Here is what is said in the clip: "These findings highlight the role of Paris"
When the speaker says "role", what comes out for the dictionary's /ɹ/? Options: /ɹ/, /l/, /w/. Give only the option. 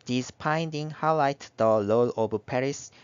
/l/